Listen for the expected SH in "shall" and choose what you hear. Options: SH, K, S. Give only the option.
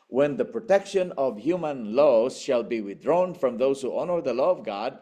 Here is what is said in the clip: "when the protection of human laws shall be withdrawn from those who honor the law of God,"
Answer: SH